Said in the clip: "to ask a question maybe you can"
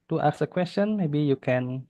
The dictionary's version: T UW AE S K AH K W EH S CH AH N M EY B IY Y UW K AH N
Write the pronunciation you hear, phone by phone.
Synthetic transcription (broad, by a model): T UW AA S AH K W EH S CH AH N M EY B IY Y UW K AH N